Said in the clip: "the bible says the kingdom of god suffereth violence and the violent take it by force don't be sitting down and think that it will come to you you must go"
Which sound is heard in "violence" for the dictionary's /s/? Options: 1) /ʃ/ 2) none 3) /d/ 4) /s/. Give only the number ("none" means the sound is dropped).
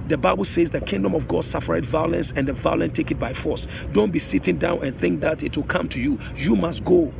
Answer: 4